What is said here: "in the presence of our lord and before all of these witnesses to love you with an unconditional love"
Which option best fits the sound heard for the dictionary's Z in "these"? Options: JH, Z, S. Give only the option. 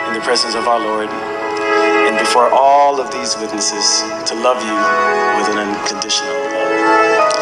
Z